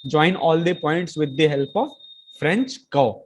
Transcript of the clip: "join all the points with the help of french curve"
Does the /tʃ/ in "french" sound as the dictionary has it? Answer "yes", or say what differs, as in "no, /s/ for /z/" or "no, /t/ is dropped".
yes